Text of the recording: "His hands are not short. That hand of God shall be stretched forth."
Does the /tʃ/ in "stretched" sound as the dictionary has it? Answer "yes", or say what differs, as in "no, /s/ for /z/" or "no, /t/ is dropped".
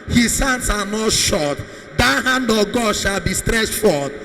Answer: no, /s/ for /tʃ/